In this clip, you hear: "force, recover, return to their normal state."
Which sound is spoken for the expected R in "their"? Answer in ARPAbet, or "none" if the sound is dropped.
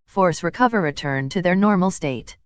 R